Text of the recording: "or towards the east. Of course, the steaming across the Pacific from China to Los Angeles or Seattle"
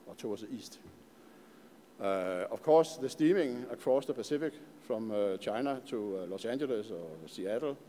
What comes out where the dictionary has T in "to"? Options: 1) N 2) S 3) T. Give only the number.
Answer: 2